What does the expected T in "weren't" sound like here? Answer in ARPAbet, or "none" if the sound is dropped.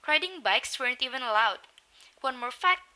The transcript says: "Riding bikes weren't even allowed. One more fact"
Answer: T